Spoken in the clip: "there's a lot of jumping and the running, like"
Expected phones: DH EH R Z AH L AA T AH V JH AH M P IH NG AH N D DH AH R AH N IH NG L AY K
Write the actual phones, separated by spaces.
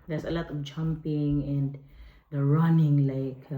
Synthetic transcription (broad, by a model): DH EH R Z AH L AA T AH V JH AH M P IH NG AH N D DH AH R AH N IH NG L AY K